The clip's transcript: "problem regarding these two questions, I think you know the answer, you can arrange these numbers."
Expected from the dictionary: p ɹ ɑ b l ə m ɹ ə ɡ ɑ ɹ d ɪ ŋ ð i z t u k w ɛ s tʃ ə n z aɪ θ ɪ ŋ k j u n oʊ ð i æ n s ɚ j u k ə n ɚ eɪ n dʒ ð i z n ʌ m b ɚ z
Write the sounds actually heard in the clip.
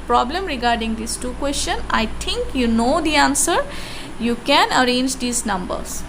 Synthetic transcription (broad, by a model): p ɹ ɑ b l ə m ɹ ə ɡ ɑ ɹ d ɪ ŋ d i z t u k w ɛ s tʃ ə n aɪ t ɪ ŋ k j u n oʊ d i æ n s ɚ j u k ə n ɚ eɪ n dʒ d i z n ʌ m b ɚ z